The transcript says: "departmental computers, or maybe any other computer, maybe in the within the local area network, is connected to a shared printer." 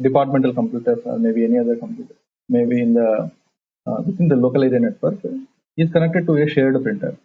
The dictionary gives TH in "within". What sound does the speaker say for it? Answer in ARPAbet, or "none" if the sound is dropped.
S